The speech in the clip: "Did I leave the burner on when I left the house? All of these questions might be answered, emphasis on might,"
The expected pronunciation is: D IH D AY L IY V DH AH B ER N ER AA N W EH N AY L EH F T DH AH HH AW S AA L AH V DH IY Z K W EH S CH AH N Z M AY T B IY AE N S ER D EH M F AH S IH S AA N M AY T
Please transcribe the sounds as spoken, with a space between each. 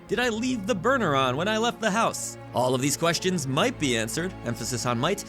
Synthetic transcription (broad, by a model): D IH D AY L IY V DH AH B ER N ER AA N W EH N AY L EH F T DH AH HH AW S AA L AH V DH IY Z K W EH S CH AH N Z M AY T B IY AE N S ER D EH M F AH S IH S N M AY T